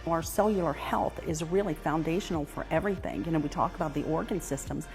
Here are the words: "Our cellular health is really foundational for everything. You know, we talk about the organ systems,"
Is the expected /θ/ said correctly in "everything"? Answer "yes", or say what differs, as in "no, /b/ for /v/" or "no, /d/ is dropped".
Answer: yes